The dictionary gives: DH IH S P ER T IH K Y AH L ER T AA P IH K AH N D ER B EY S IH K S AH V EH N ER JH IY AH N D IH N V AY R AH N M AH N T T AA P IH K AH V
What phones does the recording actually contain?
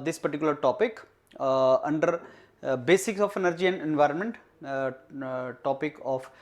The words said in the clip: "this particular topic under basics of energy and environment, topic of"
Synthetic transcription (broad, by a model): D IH S P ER T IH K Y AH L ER T AA P IH K AH N D ER B EY S IH K S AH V EH N ER JH IY AH N D IH N V AY R AH N M AH N T T AA P IH K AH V